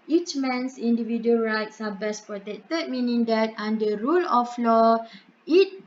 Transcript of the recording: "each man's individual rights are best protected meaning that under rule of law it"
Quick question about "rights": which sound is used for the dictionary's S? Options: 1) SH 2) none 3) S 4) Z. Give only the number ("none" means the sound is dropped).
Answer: 3